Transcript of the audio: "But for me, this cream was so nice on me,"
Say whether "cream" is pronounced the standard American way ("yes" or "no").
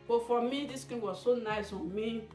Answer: no